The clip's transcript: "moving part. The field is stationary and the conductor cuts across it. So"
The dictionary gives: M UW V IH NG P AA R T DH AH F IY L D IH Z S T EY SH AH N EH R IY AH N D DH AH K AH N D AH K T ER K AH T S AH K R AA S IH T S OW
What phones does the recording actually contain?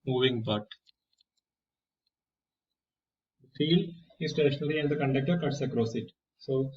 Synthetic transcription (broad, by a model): M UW V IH NG B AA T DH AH F IY L D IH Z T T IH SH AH N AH L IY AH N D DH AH K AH N D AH K T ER K AH T S AH K R AA S IH T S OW